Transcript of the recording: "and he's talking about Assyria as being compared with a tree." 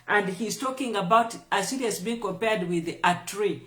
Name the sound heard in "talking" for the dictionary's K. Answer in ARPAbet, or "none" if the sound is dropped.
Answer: K